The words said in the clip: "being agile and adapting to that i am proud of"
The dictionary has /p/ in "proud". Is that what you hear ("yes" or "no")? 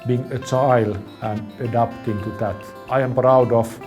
yes